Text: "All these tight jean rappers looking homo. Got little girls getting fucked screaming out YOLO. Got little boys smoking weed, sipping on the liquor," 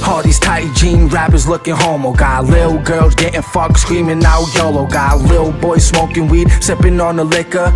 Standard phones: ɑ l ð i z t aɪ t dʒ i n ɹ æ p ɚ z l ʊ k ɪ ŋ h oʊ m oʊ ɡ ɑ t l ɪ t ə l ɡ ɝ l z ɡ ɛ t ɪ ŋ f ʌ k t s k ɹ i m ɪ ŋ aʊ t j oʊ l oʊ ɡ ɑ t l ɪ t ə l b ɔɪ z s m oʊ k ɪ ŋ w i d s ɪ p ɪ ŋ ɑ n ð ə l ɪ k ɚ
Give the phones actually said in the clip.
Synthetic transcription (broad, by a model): ɑ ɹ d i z t aɪ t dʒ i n ɹ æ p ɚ z l ʊ k ɪ ŋ h oʊ m oʊ ɡ ɑ t l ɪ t l ɡ ɝ l z ɡ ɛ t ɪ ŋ f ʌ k s k ɹ i m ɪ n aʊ j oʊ l oʊ ɡ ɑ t l ɪ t l b ɔɪ z s m oʊ k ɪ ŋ w i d s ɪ p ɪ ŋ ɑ n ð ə l ɪ k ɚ